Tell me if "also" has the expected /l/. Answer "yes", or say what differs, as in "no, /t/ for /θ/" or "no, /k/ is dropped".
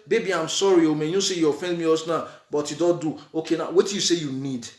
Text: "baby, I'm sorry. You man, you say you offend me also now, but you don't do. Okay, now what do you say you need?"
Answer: no, /l/ is dropped